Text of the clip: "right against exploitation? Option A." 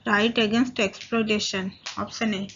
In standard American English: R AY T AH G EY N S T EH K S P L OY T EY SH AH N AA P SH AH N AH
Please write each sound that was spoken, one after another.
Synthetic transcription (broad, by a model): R AY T AH G EY N S T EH K S P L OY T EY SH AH N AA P S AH N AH